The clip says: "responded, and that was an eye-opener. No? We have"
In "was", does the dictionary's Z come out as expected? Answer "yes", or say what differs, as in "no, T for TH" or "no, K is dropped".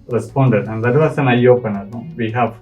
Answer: no, S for Z